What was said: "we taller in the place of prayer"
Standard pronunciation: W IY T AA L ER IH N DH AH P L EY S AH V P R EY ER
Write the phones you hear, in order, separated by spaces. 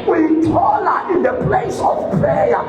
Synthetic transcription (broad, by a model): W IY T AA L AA IH N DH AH P L EY S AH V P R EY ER